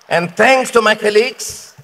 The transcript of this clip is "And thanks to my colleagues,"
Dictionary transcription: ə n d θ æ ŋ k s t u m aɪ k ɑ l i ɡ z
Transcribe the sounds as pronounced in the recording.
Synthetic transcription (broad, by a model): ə n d t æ ŋ k s t u m aɪ k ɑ l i ɡ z